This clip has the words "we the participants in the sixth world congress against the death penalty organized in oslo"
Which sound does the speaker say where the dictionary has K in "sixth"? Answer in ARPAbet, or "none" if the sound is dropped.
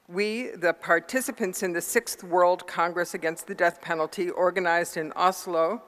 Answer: K